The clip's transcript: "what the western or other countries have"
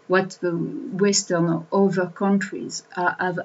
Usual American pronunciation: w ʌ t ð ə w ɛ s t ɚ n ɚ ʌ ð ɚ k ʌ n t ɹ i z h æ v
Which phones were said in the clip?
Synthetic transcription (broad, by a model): w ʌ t ð ə w ɛ s t ɚ n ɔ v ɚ k ʌ n t ɹ i z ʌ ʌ v